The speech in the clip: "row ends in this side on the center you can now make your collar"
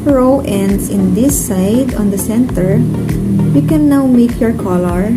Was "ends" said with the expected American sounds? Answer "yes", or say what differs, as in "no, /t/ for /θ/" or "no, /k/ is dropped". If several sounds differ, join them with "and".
no, /s/ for /z/